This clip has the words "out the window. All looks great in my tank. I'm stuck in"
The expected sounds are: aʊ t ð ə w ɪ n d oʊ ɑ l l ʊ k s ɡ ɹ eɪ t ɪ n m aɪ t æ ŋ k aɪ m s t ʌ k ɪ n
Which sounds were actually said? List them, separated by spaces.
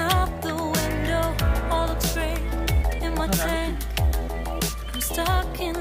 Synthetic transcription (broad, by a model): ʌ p ð ə w ɪ n d oʊ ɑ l l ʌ s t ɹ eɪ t ɪ n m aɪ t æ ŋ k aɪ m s t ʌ k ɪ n